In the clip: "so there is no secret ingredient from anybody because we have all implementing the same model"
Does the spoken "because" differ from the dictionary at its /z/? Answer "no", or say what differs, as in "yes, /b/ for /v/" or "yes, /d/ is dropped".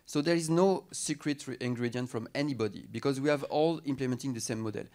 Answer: no